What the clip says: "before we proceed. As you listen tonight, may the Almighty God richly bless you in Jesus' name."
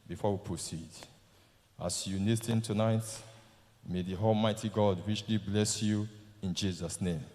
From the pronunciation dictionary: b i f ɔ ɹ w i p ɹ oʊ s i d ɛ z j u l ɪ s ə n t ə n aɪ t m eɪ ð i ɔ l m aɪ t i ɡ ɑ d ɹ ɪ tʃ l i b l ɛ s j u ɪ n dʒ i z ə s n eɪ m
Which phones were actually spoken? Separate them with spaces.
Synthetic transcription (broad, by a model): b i f ɔ w i p ɹ oʊ s i d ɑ s j u n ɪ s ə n t ə n aɪ t m eɪ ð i ɔ l m aɪ t i ɡ ɑ d w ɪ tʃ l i b l ɛ s j u ɪ n dʒ i z ə s n eɪ m